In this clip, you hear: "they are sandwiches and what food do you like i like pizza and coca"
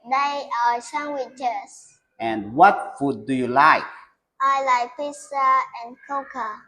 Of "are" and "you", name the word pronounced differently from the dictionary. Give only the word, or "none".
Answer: are